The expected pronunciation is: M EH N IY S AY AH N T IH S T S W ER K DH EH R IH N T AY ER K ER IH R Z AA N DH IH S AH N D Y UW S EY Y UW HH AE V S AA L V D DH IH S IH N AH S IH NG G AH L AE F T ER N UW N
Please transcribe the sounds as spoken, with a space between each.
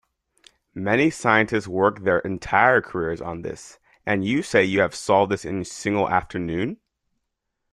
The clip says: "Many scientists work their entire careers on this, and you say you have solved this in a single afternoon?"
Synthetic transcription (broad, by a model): M EH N IY S AY AH N T IH S T S W ER K DH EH R IH N T AY ER K ER IH R Z N DH IH S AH N Y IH S EY Y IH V S AA L V D DH IH S IH N S IH NG G L AE F T ER N UW N